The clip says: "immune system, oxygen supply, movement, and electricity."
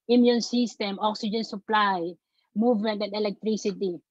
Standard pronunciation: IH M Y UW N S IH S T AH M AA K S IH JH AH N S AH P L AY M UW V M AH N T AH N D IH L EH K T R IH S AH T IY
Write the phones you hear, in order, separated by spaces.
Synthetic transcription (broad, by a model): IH M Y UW N S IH S T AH M AA K S IH JH AH N S AH P L AY M UW V M AH N T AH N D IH L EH K T R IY S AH T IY